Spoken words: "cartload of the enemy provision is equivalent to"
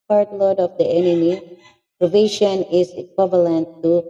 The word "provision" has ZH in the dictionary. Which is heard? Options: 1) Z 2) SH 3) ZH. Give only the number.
2